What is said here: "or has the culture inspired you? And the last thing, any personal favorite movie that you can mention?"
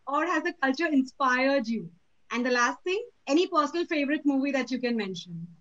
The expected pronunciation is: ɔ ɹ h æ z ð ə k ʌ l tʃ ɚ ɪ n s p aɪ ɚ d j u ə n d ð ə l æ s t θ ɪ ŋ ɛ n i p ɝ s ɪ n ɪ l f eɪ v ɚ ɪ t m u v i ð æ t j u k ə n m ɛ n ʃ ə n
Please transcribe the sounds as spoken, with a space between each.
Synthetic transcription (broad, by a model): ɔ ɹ h æ z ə k ʌ l tʃ ɚ ɪ n s p aɪ ɚ d j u ə n d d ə l æ s t t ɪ ŋ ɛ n i p ɝ s ɪ n ɪ l f eɪ v ɚ ɪ t m u v i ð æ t j u k ə n m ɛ n ʃ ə n